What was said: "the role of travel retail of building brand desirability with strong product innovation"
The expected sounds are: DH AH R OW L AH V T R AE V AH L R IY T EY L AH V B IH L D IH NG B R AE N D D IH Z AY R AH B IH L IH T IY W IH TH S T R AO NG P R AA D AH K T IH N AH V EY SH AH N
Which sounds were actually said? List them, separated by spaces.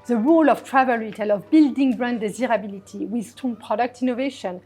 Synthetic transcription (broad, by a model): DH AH R OW L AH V T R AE V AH L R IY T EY L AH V B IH L D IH NG B R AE N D D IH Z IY R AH B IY L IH T IY W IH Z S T AO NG P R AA D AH K T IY N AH V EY SH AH N